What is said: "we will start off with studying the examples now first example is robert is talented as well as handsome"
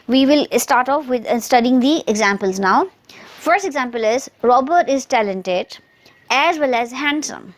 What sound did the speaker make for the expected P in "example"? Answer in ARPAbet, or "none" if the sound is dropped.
P